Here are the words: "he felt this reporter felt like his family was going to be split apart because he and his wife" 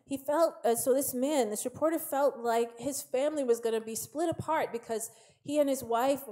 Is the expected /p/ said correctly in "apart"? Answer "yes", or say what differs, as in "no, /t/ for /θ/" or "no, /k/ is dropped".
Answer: yes